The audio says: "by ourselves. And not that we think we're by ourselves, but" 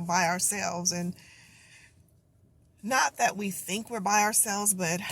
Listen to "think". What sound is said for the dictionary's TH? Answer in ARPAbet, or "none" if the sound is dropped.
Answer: TH